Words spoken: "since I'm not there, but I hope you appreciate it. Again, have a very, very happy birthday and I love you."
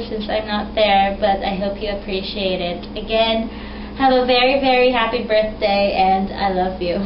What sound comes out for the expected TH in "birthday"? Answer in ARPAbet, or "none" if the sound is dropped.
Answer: TH